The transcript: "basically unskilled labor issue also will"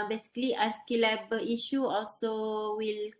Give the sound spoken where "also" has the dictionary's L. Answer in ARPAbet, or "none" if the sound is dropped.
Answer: L